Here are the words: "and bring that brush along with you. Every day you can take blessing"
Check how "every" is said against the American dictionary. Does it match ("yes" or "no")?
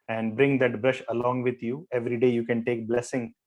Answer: yes